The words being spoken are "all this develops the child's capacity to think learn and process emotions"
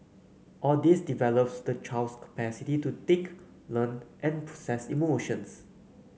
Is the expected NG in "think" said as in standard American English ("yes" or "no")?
no